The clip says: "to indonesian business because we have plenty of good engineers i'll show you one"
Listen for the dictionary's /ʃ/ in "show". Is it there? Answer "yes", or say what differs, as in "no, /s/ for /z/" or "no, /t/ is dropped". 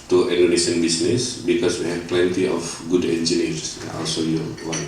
no, /s/ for /ʃ/